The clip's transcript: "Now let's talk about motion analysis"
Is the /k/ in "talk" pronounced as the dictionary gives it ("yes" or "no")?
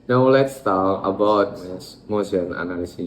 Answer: no